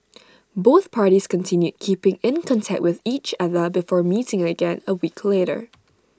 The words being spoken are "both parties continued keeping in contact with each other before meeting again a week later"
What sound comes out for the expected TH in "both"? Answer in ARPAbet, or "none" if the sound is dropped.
TH